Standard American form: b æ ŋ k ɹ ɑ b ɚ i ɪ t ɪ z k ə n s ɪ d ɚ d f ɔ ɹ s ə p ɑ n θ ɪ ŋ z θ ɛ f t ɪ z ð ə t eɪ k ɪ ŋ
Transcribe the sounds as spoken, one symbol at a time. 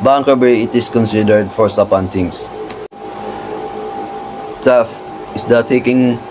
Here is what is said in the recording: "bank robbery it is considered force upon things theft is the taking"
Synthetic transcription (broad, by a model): b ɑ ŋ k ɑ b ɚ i ɪ t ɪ s k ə n s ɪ d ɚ d f ɔ ɹ s ə p ɑ n t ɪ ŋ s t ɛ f ɪ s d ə t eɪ k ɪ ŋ